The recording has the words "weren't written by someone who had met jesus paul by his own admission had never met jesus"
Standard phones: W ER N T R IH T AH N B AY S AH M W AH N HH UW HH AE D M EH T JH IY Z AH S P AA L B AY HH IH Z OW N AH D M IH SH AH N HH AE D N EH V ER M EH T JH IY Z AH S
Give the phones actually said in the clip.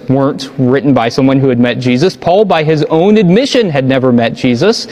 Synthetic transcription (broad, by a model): W ER N T R IH T N B AY S AH M W AH N HH UW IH D M EH T JH IY Z AH S P AA L B AY IH Z OW N AH D M IH SH AH N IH D N EH V ER M EH T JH IY Z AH S